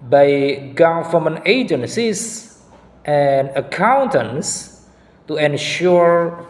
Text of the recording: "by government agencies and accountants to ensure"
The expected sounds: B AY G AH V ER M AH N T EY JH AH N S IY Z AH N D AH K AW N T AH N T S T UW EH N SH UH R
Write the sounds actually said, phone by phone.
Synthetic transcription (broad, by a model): B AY G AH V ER M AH N EY JH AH N S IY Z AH N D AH K AW N T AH N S T UW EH N SH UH R